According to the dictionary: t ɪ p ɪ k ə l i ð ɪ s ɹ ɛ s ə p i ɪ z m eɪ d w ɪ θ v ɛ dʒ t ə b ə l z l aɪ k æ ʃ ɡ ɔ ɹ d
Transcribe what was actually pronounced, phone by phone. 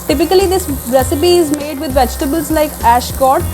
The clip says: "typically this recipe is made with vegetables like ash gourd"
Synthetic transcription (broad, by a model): t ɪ p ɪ k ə l i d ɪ s ɹ ɛ s ə p i ɪ z m eɪ d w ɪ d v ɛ dʒ t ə b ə l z l aɪ k æ ʃ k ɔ ɹ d